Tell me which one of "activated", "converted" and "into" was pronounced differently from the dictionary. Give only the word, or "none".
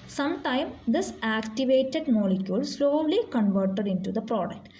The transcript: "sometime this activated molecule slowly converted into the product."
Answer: none